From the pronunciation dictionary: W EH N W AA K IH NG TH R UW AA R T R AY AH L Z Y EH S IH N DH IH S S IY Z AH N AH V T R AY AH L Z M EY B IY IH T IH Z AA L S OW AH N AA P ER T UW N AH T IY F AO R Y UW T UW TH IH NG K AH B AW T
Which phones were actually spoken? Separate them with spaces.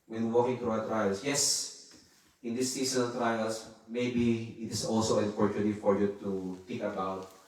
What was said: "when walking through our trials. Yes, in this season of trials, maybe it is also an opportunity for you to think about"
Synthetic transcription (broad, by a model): W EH N W AA K IH NG T R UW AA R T R AY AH L S Y EH S IH N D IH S S IY S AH N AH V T R AY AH L S M EY B IY IH T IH S AA L S OW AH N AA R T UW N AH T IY F AO R Y UW T UW T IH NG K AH B AW T